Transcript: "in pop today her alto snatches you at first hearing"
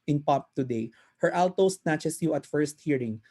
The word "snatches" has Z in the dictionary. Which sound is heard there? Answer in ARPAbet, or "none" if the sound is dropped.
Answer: S